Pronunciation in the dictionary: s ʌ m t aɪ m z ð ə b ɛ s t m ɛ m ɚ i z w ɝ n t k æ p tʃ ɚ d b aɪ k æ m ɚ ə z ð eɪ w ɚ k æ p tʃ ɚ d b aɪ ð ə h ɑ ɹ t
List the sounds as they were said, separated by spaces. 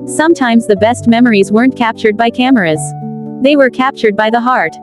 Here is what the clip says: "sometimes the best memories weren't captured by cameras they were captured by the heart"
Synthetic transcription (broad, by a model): s ʌ m t aɪ m z ð ə b ɛ s t m ɛ m ɚ i z w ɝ n k æ p tʃ ɚ d b aɪ k æ m ɚ ə z ð eɪ w ɚ k æ p tʃ ɚ d b aɪ ð ə h ɑ ɹ t